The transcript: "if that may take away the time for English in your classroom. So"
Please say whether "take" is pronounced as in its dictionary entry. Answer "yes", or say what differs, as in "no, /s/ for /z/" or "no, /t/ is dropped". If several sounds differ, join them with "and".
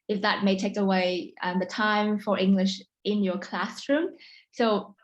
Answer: yes